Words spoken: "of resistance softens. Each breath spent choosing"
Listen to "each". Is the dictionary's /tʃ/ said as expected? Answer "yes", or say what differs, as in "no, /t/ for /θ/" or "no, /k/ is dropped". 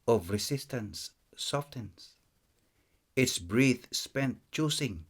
no, /s/ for /tʃ/